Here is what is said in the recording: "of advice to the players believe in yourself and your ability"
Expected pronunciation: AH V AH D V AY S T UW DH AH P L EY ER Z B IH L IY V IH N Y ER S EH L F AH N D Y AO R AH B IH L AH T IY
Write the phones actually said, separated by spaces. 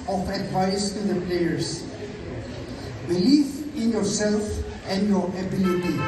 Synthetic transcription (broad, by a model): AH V AH D V AY S T UW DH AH P L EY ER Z B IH L IY F IH N Y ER S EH L F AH N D Y AO R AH B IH L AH T IY